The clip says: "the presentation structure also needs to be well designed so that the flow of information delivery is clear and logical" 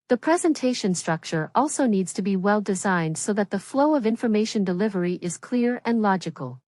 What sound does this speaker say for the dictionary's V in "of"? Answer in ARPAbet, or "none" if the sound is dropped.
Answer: V